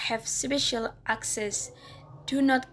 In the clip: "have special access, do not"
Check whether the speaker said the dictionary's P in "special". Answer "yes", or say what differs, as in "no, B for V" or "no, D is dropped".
no, B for P